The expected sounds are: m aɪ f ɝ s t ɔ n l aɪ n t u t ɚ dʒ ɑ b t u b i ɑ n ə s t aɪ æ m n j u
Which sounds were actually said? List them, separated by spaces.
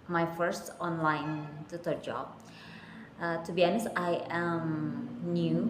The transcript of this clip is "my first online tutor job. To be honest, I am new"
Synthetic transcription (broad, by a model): m aɪ f ɝ s t ɔ n l aɪ n t u t ɚ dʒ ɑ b t u b i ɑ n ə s aɪ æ m n j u